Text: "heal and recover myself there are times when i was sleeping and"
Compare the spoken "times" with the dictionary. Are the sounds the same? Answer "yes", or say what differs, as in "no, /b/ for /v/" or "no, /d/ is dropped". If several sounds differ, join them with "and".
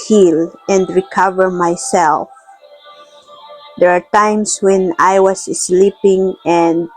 no, /s/ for /z/